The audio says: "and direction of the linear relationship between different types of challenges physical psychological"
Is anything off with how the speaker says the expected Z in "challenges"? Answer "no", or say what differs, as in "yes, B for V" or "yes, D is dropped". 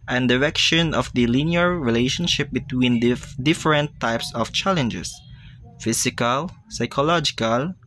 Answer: yes, S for Z